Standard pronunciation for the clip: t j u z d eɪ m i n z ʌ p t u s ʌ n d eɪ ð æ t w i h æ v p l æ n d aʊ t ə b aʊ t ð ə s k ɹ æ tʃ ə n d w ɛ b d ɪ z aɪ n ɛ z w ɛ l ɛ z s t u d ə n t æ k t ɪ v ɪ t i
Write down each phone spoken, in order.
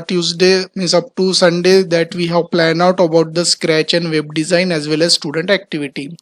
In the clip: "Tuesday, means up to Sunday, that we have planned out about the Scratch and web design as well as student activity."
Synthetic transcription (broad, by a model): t j u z d eɪ m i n s ʌ p t u s ʌ n d eɪ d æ t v i h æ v p l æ n aʊ t ə b aʊ t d ə s k ɹ æ tʃ ə n d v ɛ b d ɪ z aɪ n ɛ z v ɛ l ɛ z s t u d ə n t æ k t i v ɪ t i